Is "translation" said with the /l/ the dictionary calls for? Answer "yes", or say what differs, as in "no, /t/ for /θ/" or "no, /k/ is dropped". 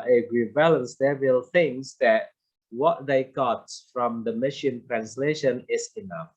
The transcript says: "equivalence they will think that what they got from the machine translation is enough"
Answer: yes